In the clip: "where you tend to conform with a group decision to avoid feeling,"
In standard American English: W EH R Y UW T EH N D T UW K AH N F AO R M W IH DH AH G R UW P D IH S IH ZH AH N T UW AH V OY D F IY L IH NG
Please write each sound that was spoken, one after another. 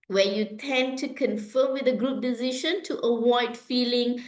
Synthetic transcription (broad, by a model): W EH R Y UW T EH N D T UW K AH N F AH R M W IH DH AH G R UW P D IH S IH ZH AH N T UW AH W OY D F IY L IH NG